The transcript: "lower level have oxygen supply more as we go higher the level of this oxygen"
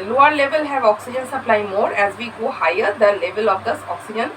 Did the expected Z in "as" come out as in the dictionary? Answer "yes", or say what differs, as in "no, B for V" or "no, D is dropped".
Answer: yes